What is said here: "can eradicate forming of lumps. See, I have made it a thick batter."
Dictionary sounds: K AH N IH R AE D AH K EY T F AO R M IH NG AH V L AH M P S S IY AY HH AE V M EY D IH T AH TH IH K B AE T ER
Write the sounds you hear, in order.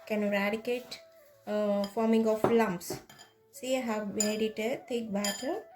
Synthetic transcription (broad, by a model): K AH N R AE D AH K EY T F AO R M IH NG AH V L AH M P S S IY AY HH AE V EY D IH T AH T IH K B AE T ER